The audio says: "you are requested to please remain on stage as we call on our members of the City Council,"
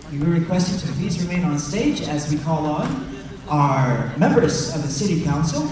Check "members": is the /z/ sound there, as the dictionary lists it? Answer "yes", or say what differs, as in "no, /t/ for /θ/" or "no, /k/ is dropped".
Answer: yes